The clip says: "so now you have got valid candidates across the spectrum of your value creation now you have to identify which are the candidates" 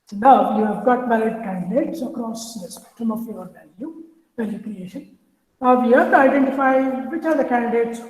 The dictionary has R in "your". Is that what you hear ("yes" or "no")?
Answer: no